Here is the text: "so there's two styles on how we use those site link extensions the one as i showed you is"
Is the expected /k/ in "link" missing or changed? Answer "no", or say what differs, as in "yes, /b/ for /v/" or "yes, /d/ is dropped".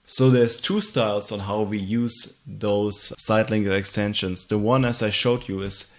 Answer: yes, /k/ is dropped